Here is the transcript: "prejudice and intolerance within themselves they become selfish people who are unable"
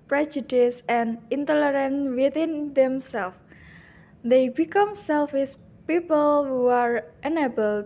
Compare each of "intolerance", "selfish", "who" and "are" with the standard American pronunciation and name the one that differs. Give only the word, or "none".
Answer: selfish